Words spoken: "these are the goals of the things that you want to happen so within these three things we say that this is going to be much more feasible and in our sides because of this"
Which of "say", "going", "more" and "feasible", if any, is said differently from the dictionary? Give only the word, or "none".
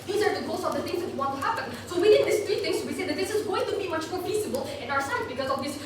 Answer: feasible